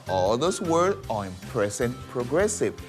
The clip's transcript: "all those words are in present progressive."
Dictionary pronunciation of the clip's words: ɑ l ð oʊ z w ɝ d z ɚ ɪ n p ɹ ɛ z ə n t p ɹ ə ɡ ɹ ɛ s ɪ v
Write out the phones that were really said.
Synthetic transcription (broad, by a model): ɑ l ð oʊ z w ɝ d ɚ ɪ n p ɹ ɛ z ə n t p ɹ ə ɡ ɹ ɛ s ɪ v